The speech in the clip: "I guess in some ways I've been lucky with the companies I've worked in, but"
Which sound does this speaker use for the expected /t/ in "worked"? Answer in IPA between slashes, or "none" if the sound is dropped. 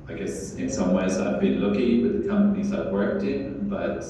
/t/